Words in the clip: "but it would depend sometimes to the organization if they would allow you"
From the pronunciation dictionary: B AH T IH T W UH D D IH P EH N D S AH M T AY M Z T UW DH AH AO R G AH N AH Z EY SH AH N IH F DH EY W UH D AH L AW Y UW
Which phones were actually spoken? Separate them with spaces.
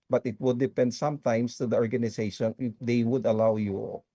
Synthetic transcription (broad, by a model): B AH T IH T W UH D D IH P EH N D S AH M T AY M S T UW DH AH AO R G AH N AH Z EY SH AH N IH F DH EY W UH D AH L AW Y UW